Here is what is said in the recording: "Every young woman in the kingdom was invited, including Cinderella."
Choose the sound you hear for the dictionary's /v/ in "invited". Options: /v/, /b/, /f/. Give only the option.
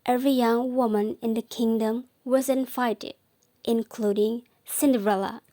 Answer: /f/